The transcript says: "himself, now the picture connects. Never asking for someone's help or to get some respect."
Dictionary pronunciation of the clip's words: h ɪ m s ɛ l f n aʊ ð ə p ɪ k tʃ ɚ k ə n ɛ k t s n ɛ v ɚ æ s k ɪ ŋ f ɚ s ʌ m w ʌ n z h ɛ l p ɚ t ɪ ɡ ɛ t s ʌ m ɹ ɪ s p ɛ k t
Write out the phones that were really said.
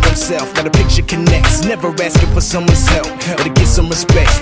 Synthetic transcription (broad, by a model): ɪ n s ɛ l f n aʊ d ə p ɪ k tʃ ɚ k ə n ɛ k t s n ɛ v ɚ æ s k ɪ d f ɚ s ʌ m w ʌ n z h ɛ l f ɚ t ɪ ɡ ɛ t s ʌ m ɹ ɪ s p ɛ k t